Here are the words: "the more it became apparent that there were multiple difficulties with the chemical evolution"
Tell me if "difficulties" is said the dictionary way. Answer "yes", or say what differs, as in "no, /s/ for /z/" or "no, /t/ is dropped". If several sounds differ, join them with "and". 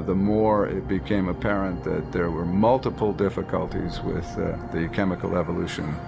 yes